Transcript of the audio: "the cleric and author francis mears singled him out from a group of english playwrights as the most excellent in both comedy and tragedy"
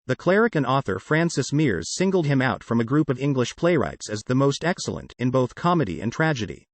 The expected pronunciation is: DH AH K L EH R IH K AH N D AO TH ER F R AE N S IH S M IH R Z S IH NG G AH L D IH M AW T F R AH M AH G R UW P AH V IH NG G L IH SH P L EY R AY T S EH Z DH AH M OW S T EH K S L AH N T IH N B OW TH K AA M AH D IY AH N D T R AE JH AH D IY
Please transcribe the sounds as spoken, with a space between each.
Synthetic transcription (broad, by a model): DH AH K L EH R IH K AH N AO TH ER F R AE N S IH S M IH R Z S IH NG G L D IH M AW T F R AH M AH G R UW P AH V IH NG G L IH SH P L EY R AY T S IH Z DH AH M OW S T EH K S L AH N T IH N B OW TH K AA M AH D IY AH N T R AE JH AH D IY